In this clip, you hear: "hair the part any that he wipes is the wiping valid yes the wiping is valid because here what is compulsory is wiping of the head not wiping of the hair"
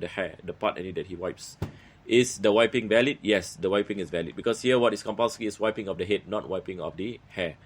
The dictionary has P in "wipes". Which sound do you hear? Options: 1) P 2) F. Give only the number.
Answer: 1